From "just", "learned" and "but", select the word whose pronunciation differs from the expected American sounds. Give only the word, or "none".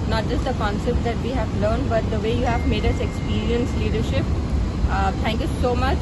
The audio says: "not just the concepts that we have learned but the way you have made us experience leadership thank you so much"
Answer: none